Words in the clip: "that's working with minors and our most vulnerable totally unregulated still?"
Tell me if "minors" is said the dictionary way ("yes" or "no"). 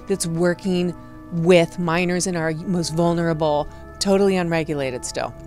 yes